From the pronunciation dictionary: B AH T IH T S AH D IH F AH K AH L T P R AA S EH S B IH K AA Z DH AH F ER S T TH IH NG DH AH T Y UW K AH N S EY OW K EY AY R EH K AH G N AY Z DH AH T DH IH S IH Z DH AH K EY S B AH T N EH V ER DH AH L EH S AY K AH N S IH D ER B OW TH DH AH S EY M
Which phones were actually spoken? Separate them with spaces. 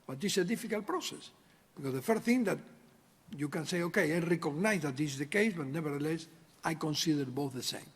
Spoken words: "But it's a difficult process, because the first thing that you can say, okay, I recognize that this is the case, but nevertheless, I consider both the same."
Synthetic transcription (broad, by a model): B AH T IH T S AH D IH F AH K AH L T P R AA S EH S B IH K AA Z DH AH F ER T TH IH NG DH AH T Y UW K AH N S EY OW K EY AY R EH K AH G N AY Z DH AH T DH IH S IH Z DH AH K EY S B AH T N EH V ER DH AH L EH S AY K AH N S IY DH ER B OW TH DH AH S EY M